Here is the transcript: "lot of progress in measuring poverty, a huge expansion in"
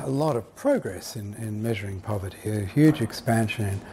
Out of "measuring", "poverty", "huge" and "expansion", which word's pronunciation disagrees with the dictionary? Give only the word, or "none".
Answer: none